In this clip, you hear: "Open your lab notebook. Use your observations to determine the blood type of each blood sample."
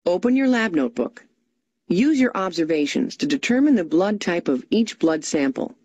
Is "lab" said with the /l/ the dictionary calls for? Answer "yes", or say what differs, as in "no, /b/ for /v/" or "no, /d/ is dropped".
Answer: yes